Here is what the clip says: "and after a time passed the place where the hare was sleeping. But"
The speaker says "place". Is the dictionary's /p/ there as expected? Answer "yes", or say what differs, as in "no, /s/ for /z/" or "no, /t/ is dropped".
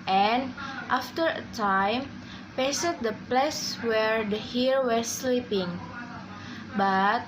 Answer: yes